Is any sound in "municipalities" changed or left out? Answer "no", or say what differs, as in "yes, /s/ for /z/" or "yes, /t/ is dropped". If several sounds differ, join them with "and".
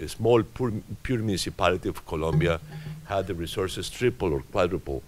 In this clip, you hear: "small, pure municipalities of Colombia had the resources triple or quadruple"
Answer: yes, /z/ is dropped